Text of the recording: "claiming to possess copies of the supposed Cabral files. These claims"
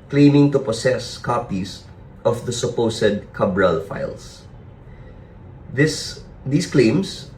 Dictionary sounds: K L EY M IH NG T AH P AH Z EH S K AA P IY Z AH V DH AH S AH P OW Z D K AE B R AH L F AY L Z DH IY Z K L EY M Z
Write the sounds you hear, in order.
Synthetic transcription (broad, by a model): K L EY M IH NG T AH P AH S EH S K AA P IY S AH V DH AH S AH P OW S D K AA B R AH L F AY L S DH IY S K L EY M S